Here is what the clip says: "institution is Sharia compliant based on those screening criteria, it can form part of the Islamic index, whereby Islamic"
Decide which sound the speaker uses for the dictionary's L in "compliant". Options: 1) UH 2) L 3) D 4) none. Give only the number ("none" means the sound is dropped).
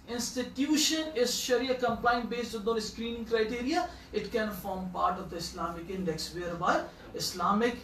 4